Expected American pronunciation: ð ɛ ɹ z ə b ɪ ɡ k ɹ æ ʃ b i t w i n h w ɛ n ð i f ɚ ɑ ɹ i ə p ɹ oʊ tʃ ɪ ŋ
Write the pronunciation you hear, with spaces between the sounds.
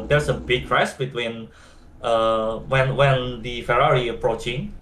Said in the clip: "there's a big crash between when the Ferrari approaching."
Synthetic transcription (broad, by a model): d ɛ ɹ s ə b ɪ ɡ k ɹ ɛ s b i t w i n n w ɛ n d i f ɚ ɑ ɹ i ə p ɹ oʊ tʃ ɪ ŋ